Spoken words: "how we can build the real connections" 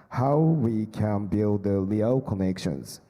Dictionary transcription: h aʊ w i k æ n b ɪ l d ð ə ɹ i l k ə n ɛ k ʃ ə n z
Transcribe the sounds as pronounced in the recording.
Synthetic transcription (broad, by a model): h aʊ w i k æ n b ɪ l d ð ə l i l k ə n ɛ k ʃ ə n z